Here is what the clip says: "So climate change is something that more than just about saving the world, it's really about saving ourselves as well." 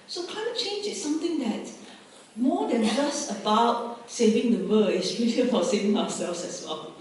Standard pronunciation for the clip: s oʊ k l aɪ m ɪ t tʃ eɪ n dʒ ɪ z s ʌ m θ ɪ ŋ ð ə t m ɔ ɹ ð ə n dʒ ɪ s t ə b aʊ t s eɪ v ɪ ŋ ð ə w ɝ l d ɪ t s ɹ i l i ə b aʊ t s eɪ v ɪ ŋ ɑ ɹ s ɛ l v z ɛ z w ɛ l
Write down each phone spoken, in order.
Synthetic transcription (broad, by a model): s oʊ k aɪ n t tʃ eɪ n dʒ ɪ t s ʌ m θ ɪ ŋ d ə t m ɔ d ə n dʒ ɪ s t ə b aʊ t s eɪ v ɪ ŋ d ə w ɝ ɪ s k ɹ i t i ə b aʊ t s eɪ v ɪ ŋ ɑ w s ɛ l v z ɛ s w ɛ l